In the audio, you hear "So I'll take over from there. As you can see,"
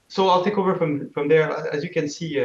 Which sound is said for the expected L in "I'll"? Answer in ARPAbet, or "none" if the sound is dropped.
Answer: L